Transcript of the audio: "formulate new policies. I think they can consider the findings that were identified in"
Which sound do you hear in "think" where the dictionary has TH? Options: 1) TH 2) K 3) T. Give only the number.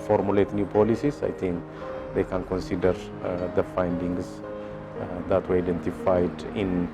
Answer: 3